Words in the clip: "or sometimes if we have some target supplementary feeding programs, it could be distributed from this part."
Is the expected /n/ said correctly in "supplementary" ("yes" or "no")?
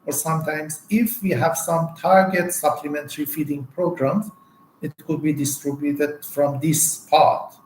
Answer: yes